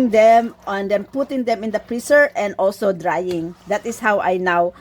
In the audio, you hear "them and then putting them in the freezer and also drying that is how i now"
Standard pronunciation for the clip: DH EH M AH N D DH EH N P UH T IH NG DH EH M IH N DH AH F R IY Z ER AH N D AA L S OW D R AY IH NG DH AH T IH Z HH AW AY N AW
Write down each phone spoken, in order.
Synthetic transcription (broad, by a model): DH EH M AH N D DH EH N P UH T IH NG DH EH M IH N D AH P R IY S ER AH N D AA L S OW D R AY IH NG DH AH T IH S HH AW AY N AW